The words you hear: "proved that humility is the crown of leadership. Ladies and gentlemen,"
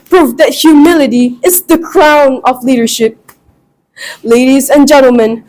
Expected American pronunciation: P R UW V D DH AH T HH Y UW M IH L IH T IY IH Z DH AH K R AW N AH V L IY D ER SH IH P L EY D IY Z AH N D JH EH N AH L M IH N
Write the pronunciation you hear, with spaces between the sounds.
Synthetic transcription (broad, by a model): P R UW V DH AH T HH Y UW M IH L IH T IY IH Z DH AH K R AW N AH V L IY D ER SH IH P L EY D IY Z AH N JH EH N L M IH N